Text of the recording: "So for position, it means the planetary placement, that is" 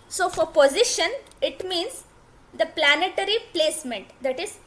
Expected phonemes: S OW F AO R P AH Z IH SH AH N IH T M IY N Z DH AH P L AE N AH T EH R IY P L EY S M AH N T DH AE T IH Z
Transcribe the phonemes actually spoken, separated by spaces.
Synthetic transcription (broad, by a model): S OW F AO R P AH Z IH SH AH N IH T M IY N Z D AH P L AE N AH T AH R IY P L EY S M AH N T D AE T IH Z